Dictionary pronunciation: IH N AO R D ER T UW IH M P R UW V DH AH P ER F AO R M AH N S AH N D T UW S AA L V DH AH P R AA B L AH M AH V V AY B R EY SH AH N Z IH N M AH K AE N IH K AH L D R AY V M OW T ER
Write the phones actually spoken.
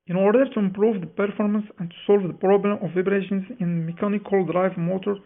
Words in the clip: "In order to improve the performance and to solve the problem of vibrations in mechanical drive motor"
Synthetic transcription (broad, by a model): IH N AO R D ER T UW IH M P R UW V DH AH P ER F AO R M AH N S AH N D T UW S AA L V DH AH P R AA B L AH M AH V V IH B R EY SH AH N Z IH N M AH K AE N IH K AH L D R AY V M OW T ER